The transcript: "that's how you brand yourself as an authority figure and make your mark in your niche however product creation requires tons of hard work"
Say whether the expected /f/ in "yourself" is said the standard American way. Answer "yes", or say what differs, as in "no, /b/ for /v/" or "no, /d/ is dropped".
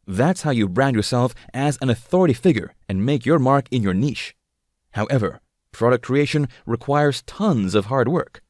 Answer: yes